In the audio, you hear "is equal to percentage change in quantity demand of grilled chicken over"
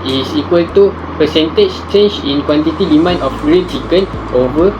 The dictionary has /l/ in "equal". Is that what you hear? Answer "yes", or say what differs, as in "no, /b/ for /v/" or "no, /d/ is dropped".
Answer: yes